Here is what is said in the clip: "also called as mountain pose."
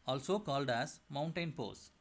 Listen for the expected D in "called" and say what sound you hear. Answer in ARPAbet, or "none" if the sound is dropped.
D